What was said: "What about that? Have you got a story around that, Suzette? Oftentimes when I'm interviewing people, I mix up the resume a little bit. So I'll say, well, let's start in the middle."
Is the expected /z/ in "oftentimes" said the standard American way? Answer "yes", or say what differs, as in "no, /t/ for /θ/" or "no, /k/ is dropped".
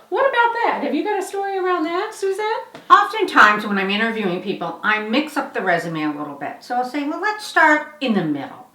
yes